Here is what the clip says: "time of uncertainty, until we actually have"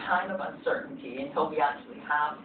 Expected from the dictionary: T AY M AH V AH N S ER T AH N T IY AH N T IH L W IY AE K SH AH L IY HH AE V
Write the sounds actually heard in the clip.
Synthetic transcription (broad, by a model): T AY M AH V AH N S ER T N T IY AH N T IH L W IY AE K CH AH L IY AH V